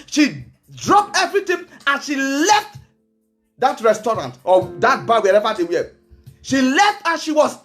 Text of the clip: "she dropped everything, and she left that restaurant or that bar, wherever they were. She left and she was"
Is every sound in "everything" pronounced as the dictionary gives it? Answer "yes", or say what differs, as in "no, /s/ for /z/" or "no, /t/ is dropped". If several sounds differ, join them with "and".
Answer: no, /t/ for /θ/